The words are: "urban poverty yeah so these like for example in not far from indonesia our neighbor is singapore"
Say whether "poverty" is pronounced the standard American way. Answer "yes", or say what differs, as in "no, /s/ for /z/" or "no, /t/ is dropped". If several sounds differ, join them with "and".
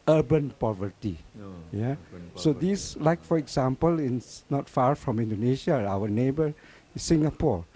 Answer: yes